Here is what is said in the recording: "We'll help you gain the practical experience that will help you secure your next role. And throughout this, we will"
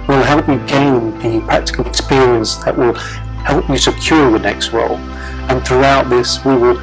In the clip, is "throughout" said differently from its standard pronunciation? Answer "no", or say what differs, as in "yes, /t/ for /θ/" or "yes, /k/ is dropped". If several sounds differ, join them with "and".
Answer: no